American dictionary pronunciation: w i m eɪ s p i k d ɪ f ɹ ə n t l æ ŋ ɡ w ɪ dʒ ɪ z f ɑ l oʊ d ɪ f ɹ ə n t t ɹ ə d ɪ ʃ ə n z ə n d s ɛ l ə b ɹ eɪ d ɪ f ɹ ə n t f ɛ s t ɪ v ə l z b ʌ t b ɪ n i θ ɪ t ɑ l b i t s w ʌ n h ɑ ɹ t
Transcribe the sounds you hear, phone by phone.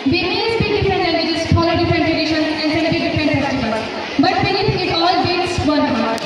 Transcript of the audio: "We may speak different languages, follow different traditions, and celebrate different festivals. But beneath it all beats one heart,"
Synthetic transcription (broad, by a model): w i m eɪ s b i d ɪ f ɹ ə n t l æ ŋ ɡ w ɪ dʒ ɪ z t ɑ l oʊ d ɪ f ɹ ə n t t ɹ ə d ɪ ʃ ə n ə n d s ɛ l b i d ɪ f ɹ ə n t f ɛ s t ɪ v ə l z b ʌ t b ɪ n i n ɪ t ɑ l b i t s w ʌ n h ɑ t